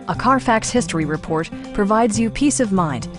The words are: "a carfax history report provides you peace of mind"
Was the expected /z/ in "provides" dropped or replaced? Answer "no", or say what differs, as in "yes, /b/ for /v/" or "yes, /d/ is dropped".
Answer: no